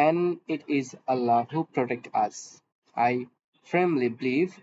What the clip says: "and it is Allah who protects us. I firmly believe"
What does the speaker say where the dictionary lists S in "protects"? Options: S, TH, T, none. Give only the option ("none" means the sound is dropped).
none